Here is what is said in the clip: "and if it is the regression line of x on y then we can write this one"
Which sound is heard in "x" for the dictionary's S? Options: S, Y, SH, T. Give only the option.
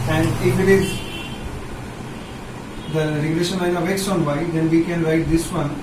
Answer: S